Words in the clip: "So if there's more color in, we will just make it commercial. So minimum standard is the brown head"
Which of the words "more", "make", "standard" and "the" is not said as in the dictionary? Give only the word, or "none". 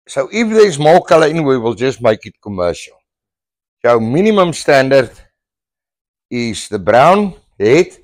more